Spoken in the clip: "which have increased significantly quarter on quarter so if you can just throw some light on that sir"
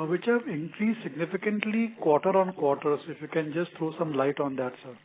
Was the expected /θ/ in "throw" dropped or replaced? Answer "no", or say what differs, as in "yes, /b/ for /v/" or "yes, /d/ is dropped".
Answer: yes, /t/ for /θ/